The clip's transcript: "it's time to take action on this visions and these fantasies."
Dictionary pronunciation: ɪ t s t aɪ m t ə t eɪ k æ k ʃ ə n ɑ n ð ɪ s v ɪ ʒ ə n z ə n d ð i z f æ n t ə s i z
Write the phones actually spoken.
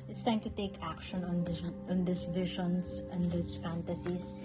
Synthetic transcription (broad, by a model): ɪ t s t aɪ m t ə t eɪ k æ k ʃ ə n ɑ n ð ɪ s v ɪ ʃ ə n s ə n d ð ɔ s f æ n t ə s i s